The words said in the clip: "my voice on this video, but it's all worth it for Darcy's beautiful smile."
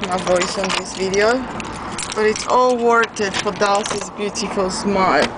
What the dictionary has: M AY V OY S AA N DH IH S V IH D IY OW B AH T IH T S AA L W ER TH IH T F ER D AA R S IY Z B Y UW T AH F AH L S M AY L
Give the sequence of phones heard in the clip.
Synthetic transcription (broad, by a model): M AY V OY S AA N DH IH S V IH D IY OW B AH T IH T S AA L W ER T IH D F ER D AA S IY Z B Y UW T AH F AH L S M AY